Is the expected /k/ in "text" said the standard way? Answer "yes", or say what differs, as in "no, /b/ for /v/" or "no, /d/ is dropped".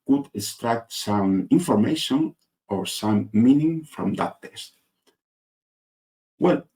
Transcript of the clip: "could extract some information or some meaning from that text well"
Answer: no, /k/ is dropped